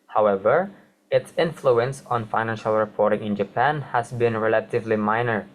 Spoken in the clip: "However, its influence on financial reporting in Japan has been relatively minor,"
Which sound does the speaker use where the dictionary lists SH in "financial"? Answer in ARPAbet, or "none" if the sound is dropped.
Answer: SH